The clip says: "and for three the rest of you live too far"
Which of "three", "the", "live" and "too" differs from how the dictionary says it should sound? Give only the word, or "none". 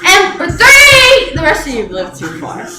three